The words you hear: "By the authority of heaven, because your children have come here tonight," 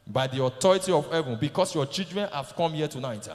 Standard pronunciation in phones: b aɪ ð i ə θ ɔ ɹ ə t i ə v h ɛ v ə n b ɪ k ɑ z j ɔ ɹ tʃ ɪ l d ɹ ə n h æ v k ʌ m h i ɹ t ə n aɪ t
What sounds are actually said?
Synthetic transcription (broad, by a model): b aɪ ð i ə t ɔ ɹ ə t i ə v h ɛ v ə n b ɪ k ɑ s j ɔ tʃ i d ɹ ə n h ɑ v k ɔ m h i t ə n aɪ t